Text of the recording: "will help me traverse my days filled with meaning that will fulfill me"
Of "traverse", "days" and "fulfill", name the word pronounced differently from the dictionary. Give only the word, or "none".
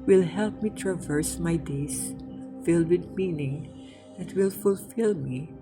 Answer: days